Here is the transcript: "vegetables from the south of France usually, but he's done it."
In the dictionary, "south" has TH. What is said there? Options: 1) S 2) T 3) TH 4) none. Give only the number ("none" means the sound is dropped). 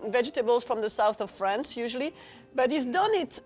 3